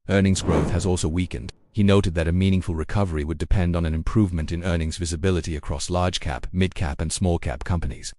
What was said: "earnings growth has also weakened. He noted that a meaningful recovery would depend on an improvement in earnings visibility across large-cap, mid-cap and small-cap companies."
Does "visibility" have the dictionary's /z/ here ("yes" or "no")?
yes